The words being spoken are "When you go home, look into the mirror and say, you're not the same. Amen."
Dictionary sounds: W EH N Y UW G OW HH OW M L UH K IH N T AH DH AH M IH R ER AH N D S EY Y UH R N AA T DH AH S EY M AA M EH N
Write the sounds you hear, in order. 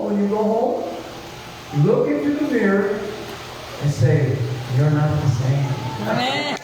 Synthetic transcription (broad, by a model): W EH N Y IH G OW HH OW M L UH K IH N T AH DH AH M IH R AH N S EY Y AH R N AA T DH AH S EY AA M